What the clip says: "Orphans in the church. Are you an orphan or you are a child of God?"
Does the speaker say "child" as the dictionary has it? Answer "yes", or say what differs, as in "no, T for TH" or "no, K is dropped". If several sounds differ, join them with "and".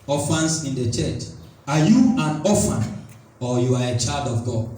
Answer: yes